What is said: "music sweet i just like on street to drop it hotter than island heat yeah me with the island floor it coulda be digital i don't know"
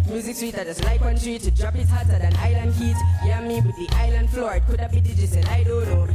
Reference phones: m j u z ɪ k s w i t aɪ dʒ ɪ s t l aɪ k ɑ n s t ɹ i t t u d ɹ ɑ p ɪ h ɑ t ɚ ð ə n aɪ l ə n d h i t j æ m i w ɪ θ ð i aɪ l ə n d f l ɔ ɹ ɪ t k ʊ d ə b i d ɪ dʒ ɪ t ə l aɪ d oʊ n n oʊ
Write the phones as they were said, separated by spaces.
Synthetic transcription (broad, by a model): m j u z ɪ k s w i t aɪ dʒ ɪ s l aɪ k ɑ n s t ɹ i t t u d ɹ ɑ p ɪ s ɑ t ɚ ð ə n aɪ l ə n d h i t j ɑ m i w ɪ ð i aɪ l ə n d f l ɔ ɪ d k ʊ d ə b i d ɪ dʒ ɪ s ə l aɪ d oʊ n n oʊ